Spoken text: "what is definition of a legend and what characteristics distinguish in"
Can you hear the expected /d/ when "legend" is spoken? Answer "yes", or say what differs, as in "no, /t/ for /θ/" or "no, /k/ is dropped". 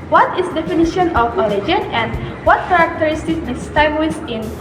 no, /d/ is dropped